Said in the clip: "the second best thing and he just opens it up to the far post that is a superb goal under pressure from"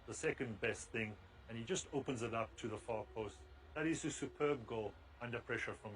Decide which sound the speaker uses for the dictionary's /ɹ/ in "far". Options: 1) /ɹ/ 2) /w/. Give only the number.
1